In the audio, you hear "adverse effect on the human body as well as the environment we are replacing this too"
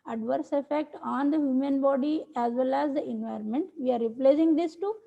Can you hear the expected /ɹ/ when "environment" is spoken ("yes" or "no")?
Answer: yes